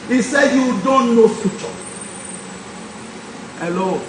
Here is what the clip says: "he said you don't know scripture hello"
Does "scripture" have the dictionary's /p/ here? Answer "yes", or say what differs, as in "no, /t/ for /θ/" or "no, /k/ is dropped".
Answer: no, /p/ is dropped